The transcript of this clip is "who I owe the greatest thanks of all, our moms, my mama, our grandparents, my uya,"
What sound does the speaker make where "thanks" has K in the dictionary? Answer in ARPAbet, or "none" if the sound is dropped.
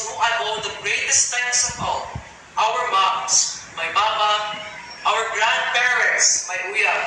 none